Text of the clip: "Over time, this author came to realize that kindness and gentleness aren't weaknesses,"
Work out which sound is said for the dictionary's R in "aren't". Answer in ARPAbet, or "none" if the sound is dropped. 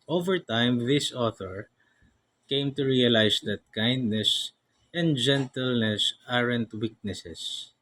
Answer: R